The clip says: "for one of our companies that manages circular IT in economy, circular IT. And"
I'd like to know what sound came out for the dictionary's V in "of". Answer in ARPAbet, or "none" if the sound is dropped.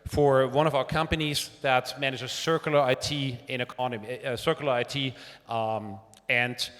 V